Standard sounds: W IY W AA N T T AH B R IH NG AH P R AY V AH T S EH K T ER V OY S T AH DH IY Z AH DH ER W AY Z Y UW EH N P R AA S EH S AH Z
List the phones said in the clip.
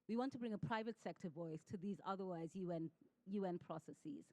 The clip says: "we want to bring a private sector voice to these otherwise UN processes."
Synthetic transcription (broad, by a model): W IY W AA N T T AH B R IH NG AH P R AY V AH T S EH K T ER V OY S T AH DH IY Z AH DH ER W AY Z Y UW EH N P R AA S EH S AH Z